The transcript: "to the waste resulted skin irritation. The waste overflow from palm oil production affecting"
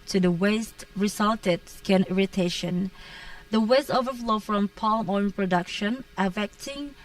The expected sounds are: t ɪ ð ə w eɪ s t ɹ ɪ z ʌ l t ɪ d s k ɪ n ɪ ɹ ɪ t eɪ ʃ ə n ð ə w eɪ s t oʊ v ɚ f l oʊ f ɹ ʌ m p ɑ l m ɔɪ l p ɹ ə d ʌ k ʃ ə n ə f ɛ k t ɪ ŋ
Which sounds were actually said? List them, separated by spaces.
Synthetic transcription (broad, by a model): t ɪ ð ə w eɪ s t ɹ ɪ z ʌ l t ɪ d s k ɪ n ɪ ɹ ɪ t eɪ ʃ ə n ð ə w eɪ s t oʊ v ɚ f l oʊ f ɹ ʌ m p ɑ l m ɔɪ n p ɹ ə d ʌ k ʃ ə n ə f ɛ k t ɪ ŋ